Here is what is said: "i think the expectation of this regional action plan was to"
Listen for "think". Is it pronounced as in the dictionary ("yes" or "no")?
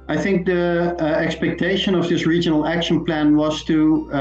yes